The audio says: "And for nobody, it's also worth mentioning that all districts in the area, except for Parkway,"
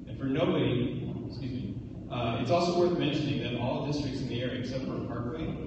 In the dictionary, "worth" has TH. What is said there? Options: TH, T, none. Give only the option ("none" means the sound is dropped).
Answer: TH